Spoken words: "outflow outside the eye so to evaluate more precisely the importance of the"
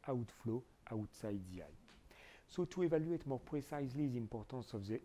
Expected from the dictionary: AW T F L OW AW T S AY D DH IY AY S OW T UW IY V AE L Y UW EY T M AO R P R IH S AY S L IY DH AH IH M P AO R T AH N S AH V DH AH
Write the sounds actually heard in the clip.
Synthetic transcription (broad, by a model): AW T F L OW AW T S AY D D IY AY S OW T UW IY V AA L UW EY T M AO R P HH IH S AY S L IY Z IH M P AO R T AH S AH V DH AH